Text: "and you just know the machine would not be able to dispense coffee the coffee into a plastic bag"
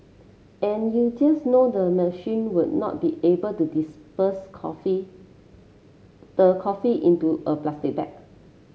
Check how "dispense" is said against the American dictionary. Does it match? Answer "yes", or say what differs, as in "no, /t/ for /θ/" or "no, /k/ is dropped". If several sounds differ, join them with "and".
no, /n/ is dropped